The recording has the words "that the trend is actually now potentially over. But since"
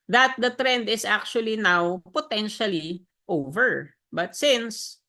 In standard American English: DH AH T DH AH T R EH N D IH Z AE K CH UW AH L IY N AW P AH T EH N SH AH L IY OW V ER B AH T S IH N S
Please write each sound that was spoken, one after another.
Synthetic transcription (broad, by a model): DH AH T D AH T R EH N D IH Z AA K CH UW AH L IY N AW P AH T EH N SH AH L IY OW V ER B AH T S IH N S